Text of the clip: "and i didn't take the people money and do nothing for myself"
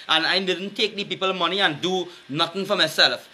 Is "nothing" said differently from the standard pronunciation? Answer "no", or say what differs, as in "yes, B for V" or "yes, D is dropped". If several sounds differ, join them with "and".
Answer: yes, T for TH